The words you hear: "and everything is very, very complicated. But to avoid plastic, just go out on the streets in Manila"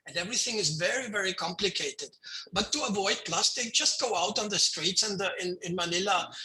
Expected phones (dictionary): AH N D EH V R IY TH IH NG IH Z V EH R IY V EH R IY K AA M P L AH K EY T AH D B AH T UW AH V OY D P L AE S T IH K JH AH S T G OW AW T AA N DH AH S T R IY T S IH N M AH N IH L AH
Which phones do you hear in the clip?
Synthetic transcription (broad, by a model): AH N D EH V R IY TH IH NG IH Z V EH R IY V EH R IY K AA M P L AH K EY T AH D B AH T UW AH V OY D P L AE S T IH K JH AH S T G OW AW T N DH AH S T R IY T S IH N M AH N IH L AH